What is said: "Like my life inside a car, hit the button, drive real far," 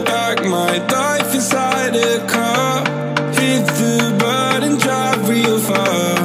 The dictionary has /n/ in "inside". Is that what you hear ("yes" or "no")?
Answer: no